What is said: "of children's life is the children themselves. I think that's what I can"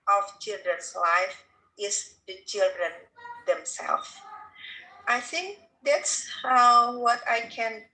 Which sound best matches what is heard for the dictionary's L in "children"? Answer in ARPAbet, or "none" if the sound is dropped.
L